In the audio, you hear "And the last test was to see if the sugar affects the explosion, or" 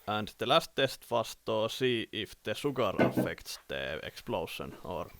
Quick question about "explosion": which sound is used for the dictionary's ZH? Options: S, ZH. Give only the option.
S